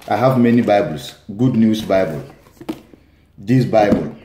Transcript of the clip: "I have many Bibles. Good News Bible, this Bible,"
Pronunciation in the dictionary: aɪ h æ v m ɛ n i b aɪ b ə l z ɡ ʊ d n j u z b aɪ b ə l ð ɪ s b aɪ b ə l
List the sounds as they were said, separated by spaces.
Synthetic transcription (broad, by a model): aɪ h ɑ v m ɛ n i b aɪ b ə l s ɡ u d n j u s b aɪ b ə l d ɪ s b aɪ b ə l